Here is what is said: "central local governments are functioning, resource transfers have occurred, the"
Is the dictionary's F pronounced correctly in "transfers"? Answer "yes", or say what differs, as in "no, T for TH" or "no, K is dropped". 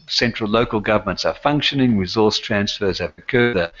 yes